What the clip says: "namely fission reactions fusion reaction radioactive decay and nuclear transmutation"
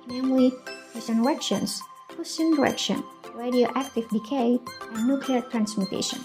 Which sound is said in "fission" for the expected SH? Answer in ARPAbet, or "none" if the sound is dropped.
S